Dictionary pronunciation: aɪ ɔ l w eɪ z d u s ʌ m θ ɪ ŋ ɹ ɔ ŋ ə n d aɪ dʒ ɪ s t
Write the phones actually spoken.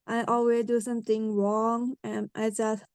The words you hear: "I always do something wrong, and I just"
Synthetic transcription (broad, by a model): aɪ ɔ l w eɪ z d u s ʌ m t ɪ ŋ ɹ ɔ ŋ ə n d aɪ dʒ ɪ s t